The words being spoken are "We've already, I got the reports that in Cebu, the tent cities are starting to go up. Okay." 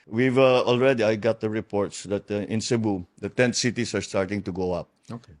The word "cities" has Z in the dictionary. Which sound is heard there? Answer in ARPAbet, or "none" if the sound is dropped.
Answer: S